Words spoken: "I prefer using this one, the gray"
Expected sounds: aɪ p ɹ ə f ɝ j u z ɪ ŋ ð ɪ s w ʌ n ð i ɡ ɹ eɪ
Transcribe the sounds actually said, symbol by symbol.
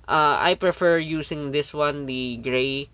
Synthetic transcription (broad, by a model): aɪ p ɹ ə f ɝ j u s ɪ ŋ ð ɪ s w ʌ n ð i ɡ ɹ eɪ